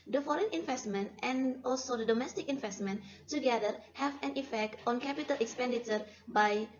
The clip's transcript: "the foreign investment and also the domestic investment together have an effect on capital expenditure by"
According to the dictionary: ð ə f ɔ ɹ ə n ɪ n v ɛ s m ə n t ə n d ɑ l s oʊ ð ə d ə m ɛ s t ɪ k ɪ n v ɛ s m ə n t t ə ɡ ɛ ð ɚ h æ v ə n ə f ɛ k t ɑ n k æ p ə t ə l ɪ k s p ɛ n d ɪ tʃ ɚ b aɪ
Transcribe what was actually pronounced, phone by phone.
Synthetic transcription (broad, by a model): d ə f ɔ ɹ ə n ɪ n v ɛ s m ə n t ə n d ɑ l s oʊ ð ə d ə m ɛ s t ɪ k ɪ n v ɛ s m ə n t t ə ɡ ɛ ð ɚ h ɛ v ə n ə f ɛ k t ɑ n k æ p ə t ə l ɪ k s p ɛ n d ɪ tʃ ɚ b aɪ